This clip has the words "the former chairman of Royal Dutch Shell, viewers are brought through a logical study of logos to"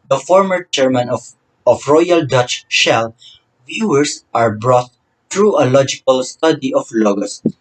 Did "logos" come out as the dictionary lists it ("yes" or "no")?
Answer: no